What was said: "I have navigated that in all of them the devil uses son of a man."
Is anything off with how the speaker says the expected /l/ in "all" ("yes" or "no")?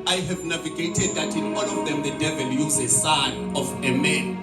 yes